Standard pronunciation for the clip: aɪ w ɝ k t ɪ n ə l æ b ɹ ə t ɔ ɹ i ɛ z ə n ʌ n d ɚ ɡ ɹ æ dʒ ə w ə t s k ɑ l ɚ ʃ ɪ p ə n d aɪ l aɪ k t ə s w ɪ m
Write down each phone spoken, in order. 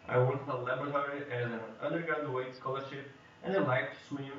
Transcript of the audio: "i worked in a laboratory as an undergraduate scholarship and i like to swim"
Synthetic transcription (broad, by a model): aɪ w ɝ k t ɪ l ə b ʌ ɹ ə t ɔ ɹ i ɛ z ə n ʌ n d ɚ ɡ ɑ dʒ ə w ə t s k ɑ l ɚ ʃ ɪ p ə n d aɪ l aɪ k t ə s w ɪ